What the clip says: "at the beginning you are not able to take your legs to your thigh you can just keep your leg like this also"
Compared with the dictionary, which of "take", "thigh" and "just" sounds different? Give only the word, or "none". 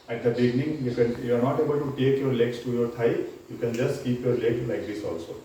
thigh